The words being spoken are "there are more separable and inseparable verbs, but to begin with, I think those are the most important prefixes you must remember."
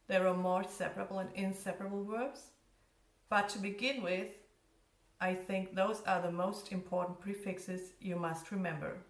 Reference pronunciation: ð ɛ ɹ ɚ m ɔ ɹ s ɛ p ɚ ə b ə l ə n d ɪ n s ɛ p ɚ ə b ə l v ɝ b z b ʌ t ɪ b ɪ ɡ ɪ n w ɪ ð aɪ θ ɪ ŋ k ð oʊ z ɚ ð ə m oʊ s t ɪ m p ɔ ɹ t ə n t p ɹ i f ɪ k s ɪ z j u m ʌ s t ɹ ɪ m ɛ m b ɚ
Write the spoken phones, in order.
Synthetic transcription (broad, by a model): ð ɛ ɹ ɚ m ɔ ɹ s ɛ p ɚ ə b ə l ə n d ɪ n s ɛ p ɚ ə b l w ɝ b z b ʌ t ɪ b ɪ ɡ ɪ n w ɪ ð aɪ θ ɪ ŋ k ð oʊ z ɚ ð ə m oʊ s t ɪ m p ɔ ɹ t n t p ɹ i f ɪ k s ɪ z j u m ʌ s t ɹ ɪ m ɛ m b ɚ